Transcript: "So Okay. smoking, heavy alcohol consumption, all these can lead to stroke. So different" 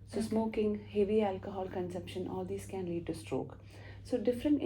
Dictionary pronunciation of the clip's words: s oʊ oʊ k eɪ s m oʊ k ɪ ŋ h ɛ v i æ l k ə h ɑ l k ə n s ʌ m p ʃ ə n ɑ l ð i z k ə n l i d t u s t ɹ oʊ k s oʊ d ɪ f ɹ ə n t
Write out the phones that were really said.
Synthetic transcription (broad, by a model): s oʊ oʊ s m oʊ k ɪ ŋ h ɛ v i æ l k ə h ɑ l k ə n s ʌ m p ʃ ə n ɑ l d i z k ə n l i d t u s t ɹ oʊ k s oʊ d ɪ f ɹ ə n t